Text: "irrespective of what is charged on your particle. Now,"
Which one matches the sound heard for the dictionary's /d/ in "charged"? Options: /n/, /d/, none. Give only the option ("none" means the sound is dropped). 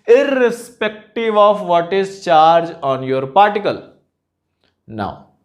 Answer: none